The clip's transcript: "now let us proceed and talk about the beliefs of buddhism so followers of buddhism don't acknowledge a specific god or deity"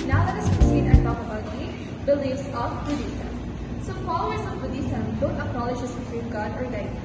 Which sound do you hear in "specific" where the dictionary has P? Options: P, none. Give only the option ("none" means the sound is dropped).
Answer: none